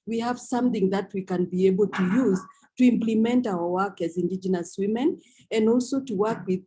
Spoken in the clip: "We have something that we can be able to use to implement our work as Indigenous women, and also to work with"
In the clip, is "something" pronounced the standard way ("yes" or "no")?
yes